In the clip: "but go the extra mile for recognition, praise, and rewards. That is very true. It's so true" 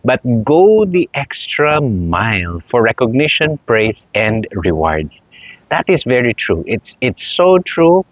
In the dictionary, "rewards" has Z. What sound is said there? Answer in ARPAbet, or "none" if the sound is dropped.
S